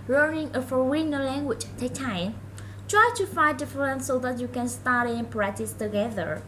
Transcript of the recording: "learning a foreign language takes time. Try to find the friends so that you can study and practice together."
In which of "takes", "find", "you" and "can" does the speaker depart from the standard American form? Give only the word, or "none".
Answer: takes